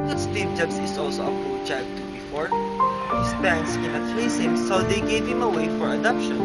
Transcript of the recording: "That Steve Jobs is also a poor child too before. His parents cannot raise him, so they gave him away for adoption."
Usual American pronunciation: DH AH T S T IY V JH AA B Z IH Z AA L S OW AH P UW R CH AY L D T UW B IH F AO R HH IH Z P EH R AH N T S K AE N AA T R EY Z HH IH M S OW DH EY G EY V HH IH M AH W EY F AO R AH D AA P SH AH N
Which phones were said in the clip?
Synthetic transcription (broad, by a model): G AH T S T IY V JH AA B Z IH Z AA L S OW AH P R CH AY D T UW B IH F AO R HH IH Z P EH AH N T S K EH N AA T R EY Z HH IH M S OW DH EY G EY V HH IH M AH W EY F AO R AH D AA P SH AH N